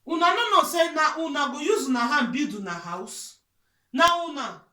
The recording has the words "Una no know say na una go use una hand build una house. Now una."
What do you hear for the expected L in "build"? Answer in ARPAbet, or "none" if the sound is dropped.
none